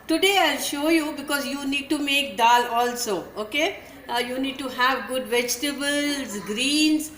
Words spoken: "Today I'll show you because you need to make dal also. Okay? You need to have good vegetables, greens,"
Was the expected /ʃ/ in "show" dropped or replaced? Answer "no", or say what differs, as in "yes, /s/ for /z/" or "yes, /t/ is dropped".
no